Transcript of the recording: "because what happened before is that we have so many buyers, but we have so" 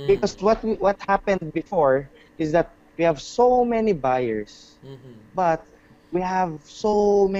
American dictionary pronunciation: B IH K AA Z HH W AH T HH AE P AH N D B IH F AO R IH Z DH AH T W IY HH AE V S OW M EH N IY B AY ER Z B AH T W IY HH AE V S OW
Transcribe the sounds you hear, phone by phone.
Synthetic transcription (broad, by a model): B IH K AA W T W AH T HH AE P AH N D B IH F AO R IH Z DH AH T W IY HH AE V S OW M EH N IY B AY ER S B AH T W IY HH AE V S OW